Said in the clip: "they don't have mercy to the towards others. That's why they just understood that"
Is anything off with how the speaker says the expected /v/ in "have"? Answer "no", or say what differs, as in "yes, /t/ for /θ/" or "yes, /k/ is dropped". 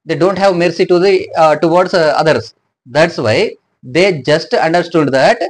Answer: no